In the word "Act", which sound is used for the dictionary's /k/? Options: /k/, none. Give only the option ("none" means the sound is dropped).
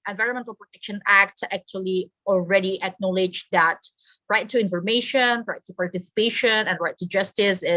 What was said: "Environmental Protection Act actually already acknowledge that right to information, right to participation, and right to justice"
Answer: /k/